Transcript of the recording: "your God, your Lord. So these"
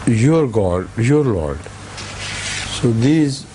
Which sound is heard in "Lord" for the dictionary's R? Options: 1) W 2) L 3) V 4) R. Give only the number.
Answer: 4